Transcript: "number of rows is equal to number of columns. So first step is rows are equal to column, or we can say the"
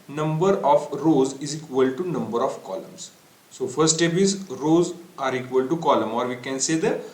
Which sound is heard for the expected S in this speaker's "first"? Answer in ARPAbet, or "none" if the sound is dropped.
none